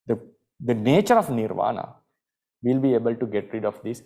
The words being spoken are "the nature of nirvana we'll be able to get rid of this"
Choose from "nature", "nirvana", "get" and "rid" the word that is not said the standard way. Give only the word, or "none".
none